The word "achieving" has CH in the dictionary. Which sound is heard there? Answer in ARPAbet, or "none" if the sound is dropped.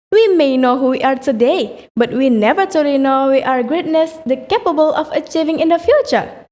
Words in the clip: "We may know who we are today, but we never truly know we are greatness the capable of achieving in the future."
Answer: CH